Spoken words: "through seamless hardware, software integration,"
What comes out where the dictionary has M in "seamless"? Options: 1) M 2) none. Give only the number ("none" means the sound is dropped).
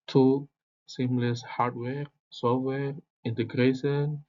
1